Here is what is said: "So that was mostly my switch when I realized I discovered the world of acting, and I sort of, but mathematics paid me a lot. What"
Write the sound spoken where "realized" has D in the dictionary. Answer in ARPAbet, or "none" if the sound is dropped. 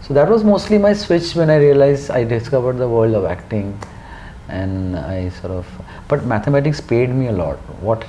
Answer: none